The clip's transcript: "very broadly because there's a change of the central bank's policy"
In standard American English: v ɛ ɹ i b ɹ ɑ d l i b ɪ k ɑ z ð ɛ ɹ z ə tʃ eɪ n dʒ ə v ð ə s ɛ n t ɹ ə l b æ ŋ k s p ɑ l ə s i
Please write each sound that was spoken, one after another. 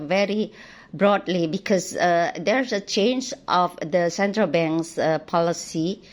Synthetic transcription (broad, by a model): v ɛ ɹ i b ɹ ɑ d l i b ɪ k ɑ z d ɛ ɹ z ə tʃ eɪ n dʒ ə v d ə s ɛ n t ɹ ə l b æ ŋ k s p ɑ l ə s i